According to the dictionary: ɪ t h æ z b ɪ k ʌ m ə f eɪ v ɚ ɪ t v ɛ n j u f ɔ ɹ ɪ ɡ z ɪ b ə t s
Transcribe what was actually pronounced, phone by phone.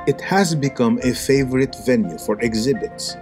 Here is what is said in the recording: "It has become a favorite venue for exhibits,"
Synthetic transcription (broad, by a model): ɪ t h æ z b ɪ k ʌ m ə f eɪ v ɚ ɪ t v ɛ n j u f ɔ ɹ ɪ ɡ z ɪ b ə t s